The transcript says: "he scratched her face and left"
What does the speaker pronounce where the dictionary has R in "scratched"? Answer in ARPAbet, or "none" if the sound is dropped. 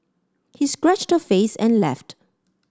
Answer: R